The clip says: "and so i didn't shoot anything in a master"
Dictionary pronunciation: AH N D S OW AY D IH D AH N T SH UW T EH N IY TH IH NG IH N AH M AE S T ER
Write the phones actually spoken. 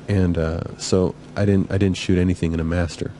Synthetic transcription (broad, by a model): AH N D S OW AY D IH D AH N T SH UW T EH N IY TH IH NG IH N AH M AE S T ER